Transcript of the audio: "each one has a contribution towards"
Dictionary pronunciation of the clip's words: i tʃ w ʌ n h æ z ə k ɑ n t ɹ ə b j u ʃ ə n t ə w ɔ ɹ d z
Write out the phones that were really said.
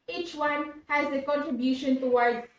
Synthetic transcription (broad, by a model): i tʃ w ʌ n h æ z ə k ɑ n t ɹ ə b j u ʃ ə n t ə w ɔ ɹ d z